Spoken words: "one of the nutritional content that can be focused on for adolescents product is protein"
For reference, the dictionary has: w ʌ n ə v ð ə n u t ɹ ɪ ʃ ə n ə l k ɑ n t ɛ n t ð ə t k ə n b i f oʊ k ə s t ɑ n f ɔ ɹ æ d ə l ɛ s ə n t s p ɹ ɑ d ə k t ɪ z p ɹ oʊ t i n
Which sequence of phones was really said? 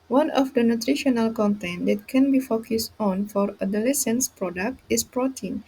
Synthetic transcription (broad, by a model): w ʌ n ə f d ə n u t ɹ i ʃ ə n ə l k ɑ n t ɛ n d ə t k ə n b i f oʊ k ə s t ɑ n f ɔ ɹ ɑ d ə l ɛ s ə n s p ɹ ɑ d ə k t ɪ s p ɹ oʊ t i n